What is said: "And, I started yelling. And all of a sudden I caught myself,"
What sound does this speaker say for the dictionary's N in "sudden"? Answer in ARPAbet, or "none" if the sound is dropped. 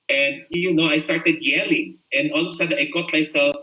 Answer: none